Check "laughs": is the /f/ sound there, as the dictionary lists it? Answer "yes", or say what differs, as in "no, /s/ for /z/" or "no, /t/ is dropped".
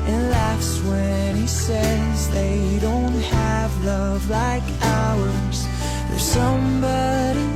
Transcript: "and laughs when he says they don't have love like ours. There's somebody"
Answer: yes